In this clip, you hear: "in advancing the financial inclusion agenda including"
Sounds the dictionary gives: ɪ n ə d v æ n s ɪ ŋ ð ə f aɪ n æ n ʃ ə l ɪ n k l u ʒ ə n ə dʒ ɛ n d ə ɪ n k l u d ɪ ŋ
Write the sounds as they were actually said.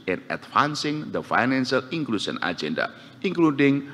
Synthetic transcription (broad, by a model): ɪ n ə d f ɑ n s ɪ ŋ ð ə f aɪ n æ n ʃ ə l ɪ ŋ k l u ʃ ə n ə dʒ ɛ n d ə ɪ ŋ k l u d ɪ ŋ